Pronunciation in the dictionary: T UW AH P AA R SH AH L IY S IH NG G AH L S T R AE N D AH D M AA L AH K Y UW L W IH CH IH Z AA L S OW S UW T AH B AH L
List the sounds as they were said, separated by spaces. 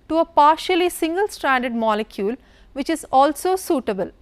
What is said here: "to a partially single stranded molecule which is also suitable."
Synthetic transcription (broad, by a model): T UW AH P AA R SH AH L IY S IH NG G AH L S T R AE N D AH D M AA L AH K Y UW L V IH CH IH Z AA L S OW S UW T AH B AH L